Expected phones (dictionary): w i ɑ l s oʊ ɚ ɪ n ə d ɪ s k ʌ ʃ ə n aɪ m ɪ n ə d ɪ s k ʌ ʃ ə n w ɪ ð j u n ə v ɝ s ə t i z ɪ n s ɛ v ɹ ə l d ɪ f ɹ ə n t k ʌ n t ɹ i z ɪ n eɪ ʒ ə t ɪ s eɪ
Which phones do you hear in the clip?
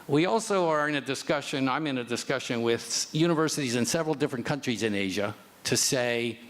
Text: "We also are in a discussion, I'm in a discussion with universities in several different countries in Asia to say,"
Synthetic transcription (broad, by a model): w i ɑ l s oʊ ɚ ɪ n ə d ɪ s k ʌ ʃ ə n aɪ m ɪ n ə d ɪ s k ʌ ʃ ə n w ɪ ð j u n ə v ɝ s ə t i z ɪ n s ɛ v ɹ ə l d ɪ f ɹ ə n k ʌ n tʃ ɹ i z ɪ n eɪ ʒ ə t ɪ s eɪ